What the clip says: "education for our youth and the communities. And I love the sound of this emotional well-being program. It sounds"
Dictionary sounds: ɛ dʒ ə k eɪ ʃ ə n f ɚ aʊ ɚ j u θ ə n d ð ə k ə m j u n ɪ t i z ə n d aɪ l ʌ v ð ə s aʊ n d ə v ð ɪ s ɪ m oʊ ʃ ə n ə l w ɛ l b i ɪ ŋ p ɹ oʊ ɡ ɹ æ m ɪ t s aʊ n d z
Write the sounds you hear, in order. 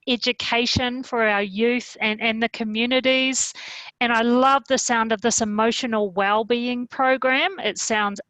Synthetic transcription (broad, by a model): ɛ dʒ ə k eɪ ʃ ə n f ɚ aʊ ɚ j u θ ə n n ð ə k ə m j u n ɪ t i z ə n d aɪ l ʌ v ð ə s aʊ n d ə v ð ɪ s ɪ m oʊ ʃ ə n l w ɛ l b i ɪ ŋ p ɹ oʊ ɡ ɹ æ m ɪ t s aʊ n d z